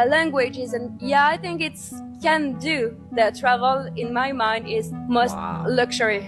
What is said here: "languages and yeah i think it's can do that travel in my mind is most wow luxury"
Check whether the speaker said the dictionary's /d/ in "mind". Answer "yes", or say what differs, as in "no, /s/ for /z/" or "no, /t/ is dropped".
yes